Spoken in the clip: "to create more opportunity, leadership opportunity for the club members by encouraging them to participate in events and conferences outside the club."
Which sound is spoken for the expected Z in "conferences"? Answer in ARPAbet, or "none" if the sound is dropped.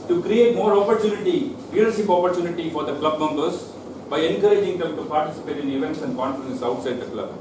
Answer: none